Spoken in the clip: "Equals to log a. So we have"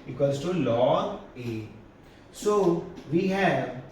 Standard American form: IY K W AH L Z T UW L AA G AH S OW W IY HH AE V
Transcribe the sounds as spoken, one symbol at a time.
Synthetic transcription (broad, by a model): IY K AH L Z T UW L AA AH S OW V IY HH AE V